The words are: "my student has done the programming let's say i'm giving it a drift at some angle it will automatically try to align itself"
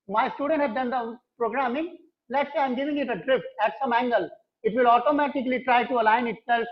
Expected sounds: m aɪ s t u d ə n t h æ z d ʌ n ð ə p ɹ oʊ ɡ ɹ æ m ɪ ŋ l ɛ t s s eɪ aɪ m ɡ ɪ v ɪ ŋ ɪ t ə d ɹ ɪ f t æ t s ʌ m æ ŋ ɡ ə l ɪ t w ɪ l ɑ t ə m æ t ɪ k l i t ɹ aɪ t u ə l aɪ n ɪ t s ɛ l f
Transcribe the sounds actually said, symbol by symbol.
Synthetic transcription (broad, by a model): m aɪ s t u d ə n t h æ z d ʌ n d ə p ɹ oʊ ɡ ɹ æ m ɪ ŋ l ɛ t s s eɪ aɪ m ɡ ɪ v ɪ ŋ ɪ t ə d ɹ ɪ f t æ t s ʌ m æ ŋ ɡ ə l ɪ t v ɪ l ɑ t ə m æ t ɪ k l i t ɹ aɪ t u ə l aɪ n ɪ t s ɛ l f